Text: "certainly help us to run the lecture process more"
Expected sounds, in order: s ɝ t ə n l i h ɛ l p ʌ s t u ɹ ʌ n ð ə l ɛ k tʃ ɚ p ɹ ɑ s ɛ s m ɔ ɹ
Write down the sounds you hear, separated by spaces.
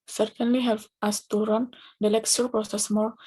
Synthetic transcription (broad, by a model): s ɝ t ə n l i h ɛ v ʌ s t u ɹ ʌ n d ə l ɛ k s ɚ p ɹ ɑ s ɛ s m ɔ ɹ